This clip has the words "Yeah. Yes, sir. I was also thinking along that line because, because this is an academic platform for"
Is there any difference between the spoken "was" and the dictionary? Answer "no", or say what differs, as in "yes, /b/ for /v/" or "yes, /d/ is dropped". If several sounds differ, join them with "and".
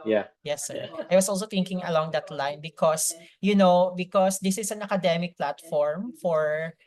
yes, /s/ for /z/